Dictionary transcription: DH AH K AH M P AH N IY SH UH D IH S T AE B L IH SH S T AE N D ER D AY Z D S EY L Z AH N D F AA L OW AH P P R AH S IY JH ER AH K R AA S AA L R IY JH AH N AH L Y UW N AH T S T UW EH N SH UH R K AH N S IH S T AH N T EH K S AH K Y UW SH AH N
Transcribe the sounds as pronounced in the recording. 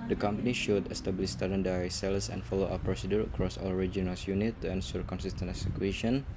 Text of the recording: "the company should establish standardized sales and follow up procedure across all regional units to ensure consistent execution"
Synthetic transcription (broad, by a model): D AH K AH M P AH N IY SH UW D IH S T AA B L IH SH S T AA D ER D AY S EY L S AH N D F AA L OW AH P P R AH S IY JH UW AH K R AA S AA L R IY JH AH N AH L Y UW N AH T T UW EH N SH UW R K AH N S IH S T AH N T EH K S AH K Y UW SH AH N